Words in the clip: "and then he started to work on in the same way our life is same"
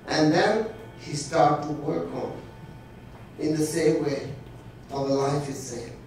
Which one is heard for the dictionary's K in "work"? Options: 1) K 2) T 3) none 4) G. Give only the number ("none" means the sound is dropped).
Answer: 1